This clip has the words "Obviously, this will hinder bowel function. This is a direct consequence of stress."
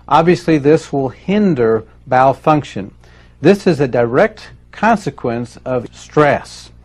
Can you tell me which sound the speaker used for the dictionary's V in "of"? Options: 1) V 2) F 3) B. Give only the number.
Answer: 1